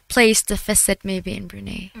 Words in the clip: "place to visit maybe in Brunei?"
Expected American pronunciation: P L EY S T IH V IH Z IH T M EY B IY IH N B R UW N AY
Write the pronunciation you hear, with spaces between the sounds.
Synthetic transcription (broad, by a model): P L EY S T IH F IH S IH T M EY B IY IH N B R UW N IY